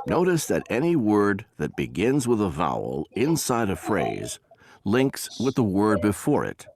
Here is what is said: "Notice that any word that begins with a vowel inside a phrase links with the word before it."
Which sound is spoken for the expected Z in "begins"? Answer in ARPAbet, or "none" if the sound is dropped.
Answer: Z